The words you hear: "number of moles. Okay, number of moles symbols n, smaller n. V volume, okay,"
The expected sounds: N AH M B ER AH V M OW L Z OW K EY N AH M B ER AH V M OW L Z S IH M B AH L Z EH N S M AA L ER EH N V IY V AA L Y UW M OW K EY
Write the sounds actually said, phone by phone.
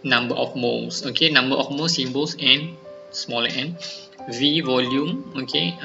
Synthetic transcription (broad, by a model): N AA M B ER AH F M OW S OW K EY N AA M B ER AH F M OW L S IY M B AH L S EH N S M AA L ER EH N V IY V AA L Y UW M OW K EY